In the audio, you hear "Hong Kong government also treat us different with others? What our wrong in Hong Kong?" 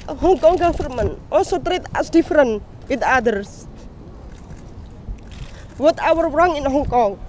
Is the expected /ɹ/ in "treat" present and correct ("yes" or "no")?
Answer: yes